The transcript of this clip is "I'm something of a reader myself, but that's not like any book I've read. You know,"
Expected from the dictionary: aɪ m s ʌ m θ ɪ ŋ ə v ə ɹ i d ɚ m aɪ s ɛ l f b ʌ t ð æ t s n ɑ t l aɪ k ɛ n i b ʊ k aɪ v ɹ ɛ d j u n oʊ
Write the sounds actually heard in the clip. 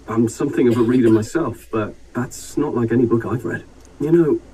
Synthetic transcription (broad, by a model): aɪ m s ʌ m θ ɪ ŋ ə v ə ɹ i d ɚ m aɪ s ɛ l f b ʌ t ð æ t s n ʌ t l aɪ k ɛ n i b ʊ k aɪ v ɹ ɛ d j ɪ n oʊ